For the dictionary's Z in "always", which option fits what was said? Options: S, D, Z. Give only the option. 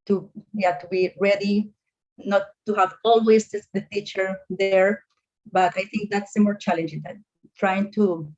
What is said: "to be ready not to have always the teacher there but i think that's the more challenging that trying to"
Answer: S